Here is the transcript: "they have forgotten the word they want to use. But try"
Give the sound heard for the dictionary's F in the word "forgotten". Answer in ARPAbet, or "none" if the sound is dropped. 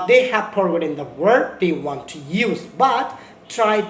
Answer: P